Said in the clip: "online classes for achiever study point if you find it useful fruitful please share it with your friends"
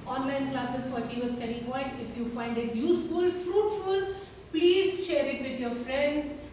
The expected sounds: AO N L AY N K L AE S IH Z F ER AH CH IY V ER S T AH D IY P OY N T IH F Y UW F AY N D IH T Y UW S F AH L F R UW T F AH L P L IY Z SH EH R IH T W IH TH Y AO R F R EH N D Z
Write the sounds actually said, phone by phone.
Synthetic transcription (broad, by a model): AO N L AY N K L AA S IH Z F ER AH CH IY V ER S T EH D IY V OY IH IH F Y UW F AY N D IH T Y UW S F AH L F R UW T F AH L P L IY Z SH EH R IH T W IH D Y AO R F R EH N D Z